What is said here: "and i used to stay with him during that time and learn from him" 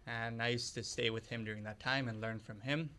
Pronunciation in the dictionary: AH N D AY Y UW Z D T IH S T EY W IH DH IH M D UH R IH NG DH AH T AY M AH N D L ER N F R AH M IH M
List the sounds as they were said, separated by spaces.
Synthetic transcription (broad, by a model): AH N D AY Y UW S T IH S T EY W IH DH IH M D UH R IH NG DH AH T AY M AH N L ER N F R AH M IH M